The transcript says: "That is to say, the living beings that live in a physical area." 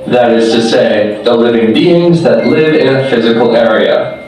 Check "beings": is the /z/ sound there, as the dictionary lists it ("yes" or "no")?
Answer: yes